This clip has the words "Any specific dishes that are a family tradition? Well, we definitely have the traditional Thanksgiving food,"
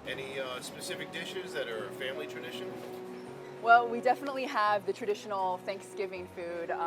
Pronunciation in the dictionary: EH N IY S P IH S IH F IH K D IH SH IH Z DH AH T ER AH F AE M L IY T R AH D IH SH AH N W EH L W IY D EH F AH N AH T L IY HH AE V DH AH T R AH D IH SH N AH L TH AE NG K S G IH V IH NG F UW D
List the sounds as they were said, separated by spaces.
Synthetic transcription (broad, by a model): EH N IY S P IH S IH F IH K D IH SH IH Z DH AH T ER F AE M L IY T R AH D IH SH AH N W EH L W IY D EH F AH N AH T L IY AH V DH AH T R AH D IH SH N L TH AE NG K S G IH V IH NG F UW D